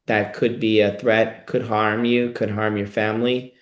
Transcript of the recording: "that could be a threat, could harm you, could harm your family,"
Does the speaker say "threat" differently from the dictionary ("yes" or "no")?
no